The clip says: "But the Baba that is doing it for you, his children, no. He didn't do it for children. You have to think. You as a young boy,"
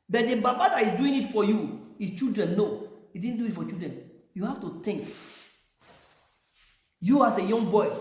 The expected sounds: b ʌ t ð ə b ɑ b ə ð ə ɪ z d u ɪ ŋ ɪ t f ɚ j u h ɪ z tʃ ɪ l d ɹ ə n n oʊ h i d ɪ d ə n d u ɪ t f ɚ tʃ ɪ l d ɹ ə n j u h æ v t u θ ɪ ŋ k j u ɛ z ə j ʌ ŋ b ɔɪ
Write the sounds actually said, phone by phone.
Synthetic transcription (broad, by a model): b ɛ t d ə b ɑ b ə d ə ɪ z d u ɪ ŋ ɪ t f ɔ j u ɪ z tʃ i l d ɹ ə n n oʊ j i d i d n d u ɪ t f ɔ tʃ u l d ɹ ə n j u h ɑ f t u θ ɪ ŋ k j u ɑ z ə j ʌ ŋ b ɔɪ